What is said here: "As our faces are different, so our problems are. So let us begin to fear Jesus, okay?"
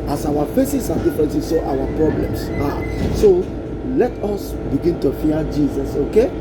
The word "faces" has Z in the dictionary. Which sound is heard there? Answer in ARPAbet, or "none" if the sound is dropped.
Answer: S